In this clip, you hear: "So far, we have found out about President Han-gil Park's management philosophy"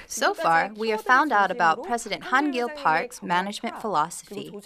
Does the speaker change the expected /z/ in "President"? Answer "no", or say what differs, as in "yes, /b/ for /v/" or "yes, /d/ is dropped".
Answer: no